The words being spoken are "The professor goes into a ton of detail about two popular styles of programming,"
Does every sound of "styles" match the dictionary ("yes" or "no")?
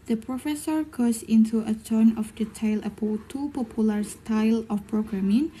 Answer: no